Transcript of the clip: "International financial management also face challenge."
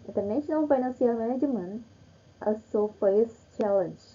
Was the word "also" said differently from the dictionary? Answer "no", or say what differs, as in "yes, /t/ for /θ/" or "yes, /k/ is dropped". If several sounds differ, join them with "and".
yes, /l/ is dropped